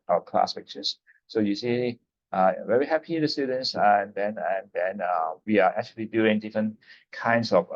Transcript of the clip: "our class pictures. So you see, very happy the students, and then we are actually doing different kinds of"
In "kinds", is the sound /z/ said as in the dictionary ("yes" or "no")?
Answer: no